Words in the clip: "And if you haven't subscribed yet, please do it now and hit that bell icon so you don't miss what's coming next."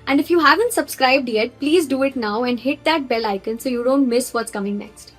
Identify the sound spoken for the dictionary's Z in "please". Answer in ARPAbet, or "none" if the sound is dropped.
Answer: Z